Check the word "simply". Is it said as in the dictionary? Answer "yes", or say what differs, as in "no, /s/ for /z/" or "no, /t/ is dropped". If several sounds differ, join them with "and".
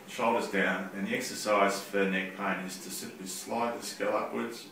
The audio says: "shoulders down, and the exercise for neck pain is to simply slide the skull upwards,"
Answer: no, /m/ is dropped